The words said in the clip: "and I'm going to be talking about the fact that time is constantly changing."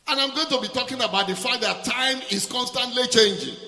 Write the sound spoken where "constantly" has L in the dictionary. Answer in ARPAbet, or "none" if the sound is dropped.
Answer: L